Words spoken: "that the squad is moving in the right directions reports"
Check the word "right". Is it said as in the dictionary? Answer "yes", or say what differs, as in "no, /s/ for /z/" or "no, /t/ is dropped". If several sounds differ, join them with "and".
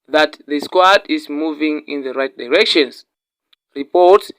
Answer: yes